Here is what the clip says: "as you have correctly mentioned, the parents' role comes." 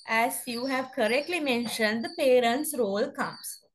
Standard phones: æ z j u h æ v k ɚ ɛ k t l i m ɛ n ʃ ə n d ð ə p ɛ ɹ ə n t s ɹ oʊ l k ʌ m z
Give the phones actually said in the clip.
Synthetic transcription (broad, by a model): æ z j u h æ v k ɚ ɛ k t l i m ɛ n ʃ ə n d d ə p ɛ ɹ ə n t s ɹ oʊ l k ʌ m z